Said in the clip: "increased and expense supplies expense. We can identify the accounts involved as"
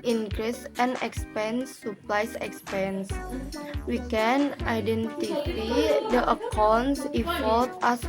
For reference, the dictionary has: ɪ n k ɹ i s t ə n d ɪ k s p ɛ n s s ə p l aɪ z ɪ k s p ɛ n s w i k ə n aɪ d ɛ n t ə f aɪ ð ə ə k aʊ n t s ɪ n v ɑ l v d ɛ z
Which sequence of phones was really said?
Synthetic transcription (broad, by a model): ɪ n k ɹ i s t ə n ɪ k s p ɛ n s s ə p l aɪ s ɪ k s p ɛ n s w i k ə n aɪ d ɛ n t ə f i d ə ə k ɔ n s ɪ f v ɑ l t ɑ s